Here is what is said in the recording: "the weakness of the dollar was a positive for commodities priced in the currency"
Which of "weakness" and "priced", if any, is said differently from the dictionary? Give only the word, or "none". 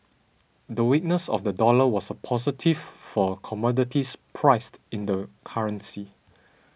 none